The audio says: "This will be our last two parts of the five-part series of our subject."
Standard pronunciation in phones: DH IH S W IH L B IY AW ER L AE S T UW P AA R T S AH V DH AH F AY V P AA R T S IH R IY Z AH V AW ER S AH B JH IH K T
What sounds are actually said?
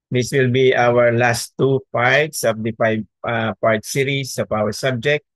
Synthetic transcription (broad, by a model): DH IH S W IH L B IY AW ER L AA S T UW P AA R T S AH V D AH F AY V P AA R T S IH R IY S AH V AW ER S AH B JH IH K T